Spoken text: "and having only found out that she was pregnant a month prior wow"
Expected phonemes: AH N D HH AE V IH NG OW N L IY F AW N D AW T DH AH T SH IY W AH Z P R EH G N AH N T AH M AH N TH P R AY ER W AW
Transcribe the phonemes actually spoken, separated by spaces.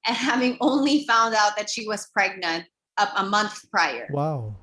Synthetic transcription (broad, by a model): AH N HH AE V IH NG OW N L IY F AW N D AW T DH AH T SH IY W AH Z P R EH G N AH N T AH M AH N TH P R AY ER W AW